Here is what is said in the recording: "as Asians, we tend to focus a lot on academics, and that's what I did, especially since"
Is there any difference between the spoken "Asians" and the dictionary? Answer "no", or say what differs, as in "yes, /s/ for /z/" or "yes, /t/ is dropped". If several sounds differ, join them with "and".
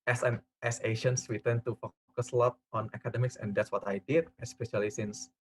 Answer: yes, /ʃ/ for /ʒ/